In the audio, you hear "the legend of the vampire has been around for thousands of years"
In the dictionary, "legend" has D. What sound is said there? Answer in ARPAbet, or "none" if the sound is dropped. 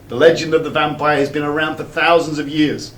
D